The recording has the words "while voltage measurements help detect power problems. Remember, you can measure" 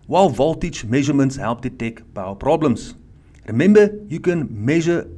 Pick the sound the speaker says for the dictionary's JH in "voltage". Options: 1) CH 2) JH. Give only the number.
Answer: 1